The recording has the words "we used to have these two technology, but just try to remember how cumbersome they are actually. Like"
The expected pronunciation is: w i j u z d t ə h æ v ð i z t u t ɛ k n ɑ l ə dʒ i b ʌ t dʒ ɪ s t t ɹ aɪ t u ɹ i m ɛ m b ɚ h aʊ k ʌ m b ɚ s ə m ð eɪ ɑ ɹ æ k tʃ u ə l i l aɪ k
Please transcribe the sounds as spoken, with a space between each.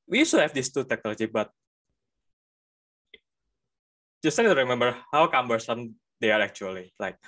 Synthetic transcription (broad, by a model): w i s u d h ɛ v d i s t u t ɛ k n ɑ l ə dʒ i b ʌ t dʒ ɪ s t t aɪ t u ɹ i m ɛ m b ɚ h aʊ k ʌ m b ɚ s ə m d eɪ ɑ ɹ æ k tʃ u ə l i l aɪ k